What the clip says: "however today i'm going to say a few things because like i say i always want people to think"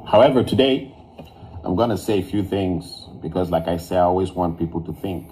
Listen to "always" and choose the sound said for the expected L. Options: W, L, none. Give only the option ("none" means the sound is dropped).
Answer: L